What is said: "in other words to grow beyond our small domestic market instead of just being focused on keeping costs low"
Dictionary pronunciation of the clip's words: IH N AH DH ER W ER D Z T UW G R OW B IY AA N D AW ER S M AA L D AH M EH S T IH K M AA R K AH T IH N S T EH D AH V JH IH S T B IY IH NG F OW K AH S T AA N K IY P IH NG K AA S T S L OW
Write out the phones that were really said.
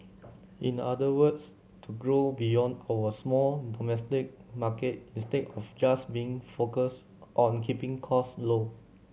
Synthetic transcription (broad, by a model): IH N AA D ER W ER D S T UW G R OW B IY AA N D AW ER S M AA L D AH M EH S T IH K M AA K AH T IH S T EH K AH F JH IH S B IY IH NG F OW K AH S T AA N K IY P IH NG K AA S S L OW